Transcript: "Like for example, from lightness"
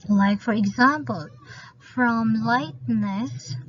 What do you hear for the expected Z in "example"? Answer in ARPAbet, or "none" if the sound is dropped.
Z